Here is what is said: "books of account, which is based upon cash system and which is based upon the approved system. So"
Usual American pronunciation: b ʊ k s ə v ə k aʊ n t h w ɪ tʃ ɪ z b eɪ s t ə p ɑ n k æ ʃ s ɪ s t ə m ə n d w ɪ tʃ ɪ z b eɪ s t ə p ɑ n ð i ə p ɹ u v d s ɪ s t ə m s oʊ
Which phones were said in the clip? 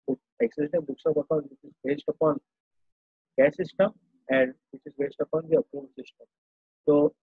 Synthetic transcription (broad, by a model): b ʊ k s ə b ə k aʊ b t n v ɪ tʃ ɪ z b eɪ s t ə p ɑ n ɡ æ s ɪ s t ə m ə n d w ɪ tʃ ɪ z b eɪ s t ə p ɑ n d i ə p ɹ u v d s ɪ s t ə m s oʊ